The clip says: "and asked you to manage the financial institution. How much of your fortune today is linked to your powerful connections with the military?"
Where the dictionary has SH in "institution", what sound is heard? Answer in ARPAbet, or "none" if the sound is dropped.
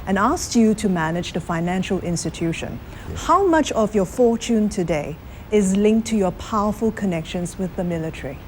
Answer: SH